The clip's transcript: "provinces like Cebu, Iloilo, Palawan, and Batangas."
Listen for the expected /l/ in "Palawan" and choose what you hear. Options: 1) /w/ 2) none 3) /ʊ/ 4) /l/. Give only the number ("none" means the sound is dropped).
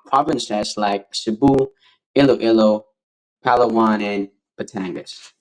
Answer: 4